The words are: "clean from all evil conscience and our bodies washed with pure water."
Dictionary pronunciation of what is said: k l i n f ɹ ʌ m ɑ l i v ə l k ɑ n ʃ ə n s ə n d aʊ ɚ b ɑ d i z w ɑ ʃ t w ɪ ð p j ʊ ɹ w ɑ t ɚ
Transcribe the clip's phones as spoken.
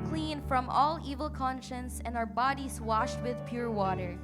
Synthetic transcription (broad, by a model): k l i n f ɹ ʌ m ɑ l i v ə l k ɑ n ʃ ə n s ə n d aʊ ɚ b ɑ d i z w ɑ ʃ t w ɪ ð p j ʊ ɹ w ɑ t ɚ